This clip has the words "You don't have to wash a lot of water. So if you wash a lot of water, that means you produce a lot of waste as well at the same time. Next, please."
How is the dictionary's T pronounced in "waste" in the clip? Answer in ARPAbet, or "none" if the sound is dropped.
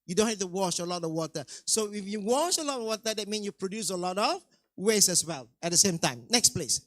none